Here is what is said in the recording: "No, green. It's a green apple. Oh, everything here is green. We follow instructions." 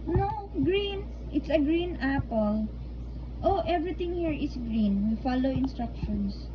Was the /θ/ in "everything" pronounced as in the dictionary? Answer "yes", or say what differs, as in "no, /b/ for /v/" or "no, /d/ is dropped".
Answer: no, /t/ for /θ/